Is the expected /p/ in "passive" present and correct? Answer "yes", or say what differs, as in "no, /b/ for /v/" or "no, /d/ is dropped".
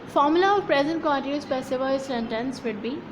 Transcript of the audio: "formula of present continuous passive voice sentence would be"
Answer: no, /b/ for /p/